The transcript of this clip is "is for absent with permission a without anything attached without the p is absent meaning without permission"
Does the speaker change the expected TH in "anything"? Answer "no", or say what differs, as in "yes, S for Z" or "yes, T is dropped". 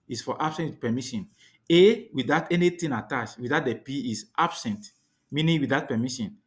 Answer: yes, T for TH